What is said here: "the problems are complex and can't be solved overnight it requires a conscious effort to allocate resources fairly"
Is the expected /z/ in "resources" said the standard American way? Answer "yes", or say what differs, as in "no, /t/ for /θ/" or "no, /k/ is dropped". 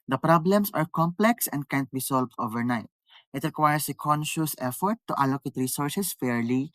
no, /s/ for /z/